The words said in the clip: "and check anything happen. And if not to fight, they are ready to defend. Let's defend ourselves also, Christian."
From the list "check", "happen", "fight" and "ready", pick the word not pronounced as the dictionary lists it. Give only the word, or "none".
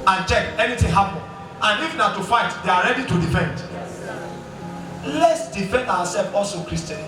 happen